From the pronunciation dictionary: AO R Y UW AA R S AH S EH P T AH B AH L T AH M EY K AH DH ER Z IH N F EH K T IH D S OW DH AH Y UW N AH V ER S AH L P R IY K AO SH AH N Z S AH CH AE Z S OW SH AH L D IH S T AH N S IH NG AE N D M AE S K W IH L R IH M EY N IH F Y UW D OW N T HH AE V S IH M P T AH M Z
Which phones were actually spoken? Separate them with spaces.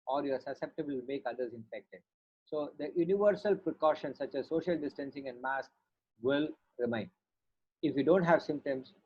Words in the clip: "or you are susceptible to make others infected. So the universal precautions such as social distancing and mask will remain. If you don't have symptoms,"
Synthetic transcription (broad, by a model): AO R Y AA R S AH S EH P T AH B AH L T M EY K AH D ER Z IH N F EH K T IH D S OW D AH Y UW N AH V ER S AH L P R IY K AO SH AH N S AH CH AE Z S OW SH AH L D IH S T AH N S IH NG AE N D M AE S K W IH L R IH M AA N IH F Y UW D OW N T HH AE V S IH M P T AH M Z